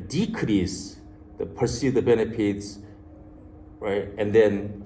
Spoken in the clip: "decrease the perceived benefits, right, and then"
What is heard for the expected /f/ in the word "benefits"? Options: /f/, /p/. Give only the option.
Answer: /p/